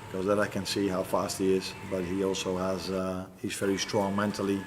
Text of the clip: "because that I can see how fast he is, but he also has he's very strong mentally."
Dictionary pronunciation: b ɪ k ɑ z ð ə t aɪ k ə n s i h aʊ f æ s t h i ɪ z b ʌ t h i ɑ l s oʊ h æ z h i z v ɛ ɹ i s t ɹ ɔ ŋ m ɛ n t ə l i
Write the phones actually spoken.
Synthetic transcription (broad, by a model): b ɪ k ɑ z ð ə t aɪ k ə n s i h aʊ f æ s t h i ɪ z b ʌ t h i ɑ l s oʊ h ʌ z h i z v ɛ ɹ i s t ɹ ɔ ŋ m ɛ n t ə l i